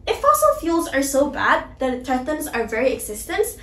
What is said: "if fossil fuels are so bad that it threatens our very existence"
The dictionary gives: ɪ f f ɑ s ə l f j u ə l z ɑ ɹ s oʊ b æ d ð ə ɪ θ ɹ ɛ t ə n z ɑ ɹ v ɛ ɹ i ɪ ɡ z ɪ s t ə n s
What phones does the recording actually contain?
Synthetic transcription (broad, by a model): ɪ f f ɑ s ə l f j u l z ɑ ɹ s oʊ b æ d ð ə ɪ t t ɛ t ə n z ɑ ɹ v ɛ ɹ i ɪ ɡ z ɪ s t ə n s